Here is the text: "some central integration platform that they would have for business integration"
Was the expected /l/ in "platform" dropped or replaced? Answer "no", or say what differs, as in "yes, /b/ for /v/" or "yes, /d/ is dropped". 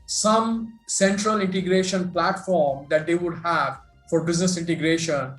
no